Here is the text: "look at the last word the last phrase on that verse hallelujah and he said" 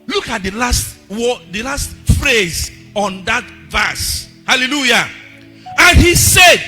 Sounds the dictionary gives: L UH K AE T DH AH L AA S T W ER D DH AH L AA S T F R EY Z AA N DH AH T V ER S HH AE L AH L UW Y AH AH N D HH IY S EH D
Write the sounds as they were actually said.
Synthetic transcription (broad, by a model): L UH K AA T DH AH L AA S T W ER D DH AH L AA S T F R EY Z AA N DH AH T V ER S HH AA L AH L UW Y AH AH N HH IY S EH D